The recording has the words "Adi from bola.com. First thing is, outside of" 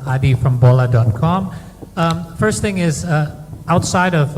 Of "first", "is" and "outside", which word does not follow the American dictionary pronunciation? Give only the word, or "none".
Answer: none